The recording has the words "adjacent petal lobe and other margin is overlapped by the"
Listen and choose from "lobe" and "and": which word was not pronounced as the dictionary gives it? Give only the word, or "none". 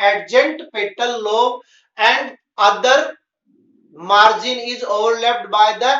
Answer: lobe